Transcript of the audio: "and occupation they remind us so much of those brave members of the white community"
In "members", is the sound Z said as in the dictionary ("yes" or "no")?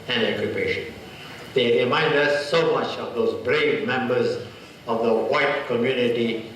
yes